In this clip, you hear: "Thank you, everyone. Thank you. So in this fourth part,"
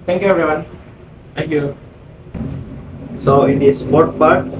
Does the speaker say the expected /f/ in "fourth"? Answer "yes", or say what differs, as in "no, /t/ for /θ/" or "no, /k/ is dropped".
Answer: no, /p/ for /f/